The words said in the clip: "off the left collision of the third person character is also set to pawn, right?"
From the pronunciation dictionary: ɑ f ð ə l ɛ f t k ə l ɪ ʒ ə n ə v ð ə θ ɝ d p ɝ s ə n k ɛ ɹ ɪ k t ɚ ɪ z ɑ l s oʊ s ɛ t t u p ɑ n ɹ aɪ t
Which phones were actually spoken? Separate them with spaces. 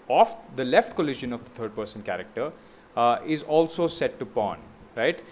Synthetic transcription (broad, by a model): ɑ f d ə l ɛ f t k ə l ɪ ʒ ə n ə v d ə t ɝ d p ɝ s ə n k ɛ ɹ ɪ k t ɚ ɪ z ɑ l s oʊ s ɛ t t u p ɑ n ɹ aɪ t